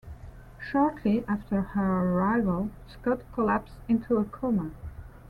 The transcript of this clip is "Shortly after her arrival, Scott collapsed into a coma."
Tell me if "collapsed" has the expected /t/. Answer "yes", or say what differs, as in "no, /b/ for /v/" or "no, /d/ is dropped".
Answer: no, /t/ is dropped